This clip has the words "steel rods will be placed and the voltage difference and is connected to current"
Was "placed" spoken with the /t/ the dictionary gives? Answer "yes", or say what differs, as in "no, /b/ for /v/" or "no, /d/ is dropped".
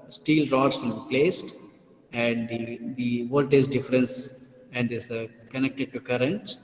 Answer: yes